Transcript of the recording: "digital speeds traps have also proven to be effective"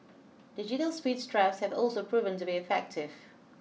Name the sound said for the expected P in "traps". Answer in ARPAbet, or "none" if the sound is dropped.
F